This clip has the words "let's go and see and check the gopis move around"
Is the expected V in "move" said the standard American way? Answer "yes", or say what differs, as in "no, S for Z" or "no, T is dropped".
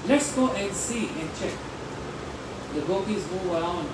no, V is dropped